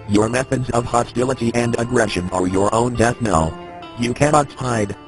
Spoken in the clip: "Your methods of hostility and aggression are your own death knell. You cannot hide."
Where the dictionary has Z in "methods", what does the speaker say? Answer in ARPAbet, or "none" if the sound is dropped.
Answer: Z